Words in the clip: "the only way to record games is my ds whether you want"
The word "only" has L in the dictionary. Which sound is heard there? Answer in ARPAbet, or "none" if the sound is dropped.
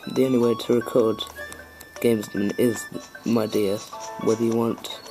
none